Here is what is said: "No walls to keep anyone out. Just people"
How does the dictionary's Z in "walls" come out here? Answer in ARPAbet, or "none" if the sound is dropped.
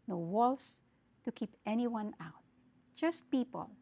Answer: S